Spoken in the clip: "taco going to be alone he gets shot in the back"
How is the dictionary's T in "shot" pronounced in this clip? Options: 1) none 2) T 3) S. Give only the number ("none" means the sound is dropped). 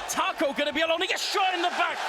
1